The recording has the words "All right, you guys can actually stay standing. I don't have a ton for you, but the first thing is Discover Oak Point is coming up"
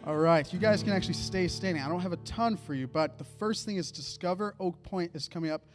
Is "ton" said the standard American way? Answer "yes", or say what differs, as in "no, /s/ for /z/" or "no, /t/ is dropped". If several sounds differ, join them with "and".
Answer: yes